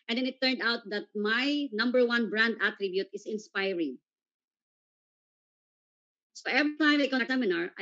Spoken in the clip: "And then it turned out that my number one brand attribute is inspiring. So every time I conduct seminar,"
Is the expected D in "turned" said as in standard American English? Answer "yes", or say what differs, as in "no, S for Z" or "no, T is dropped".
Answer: yes